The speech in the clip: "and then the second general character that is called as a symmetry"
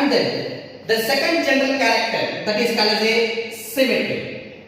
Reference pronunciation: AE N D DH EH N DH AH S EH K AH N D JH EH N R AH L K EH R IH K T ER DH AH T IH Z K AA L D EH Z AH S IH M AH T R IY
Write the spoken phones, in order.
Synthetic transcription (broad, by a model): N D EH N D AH S EH K AH N D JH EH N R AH L K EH R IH K T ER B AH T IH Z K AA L AH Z AH S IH M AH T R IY